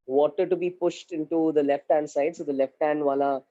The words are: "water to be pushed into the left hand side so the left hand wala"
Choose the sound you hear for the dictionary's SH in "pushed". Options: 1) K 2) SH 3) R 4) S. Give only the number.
2